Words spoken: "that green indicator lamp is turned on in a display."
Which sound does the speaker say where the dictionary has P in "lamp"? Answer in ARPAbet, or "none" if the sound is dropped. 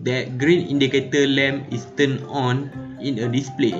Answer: none